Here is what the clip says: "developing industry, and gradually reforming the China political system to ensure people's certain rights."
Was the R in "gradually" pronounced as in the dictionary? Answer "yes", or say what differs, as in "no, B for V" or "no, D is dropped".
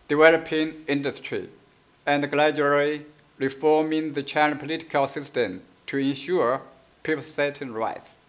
no, L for R